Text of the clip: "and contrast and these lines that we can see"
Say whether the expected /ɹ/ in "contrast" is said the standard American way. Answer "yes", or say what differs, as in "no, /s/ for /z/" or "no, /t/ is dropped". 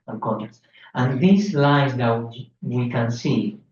no, /ɹ/ is dropped